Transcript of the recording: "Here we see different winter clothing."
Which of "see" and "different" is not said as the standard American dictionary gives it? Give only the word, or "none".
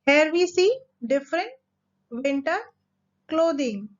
none